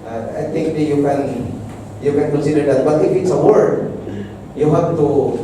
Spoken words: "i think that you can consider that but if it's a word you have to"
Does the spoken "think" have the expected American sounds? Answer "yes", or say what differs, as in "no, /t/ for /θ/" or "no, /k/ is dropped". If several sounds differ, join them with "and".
no, /t/ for /θ/